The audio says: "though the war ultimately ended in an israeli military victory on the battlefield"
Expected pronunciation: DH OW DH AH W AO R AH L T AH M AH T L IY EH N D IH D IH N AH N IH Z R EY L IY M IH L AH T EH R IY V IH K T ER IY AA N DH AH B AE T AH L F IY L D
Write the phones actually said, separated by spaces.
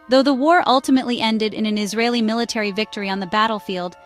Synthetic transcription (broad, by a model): DH OW DH AH W AO R AH L T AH M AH T L IY EH N D IH D IH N AH N IH Z R EY L IY M IH L AH T EH R IY V IH K T ER IY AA N DH AH B AE T L F IY L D